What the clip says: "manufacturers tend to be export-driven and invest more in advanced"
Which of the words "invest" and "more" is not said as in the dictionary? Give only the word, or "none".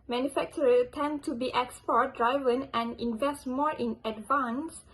none